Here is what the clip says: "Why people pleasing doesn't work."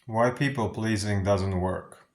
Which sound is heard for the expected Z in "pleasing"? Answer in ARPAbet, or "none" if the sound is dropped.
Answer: Z